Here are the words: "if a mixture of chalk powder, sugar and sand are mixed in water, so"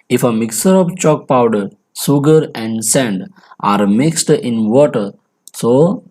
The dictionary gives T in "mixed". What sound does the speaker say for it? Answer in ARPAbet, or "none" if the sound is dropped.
T